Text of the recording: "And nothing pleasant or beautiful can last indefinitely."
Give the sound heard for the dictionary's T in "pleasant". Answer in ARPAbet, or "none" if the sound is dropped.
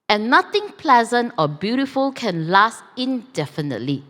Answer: T